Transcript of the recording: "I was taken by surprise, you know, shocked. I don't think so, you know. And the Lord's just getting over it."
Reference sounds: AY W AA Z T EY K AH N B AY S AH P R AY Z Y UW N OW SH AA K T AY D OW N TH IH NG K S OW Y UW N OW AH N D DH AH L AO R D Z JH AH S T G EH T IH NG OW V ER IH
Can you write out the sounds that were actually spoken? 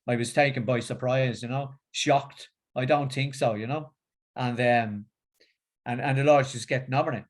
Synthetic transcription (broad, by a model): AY W AA Z T EY K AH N B AY S AH P R AY Z Y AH N OW SH AA K T AY D OW N TH IH NG K S OW Y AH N OW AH N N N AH L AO R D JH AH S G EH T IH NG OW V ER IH